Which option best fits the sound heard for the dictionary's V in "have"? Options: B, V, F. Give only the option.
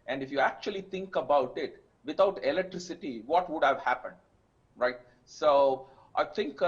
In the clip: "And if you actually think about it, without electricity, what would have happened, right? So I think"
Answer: V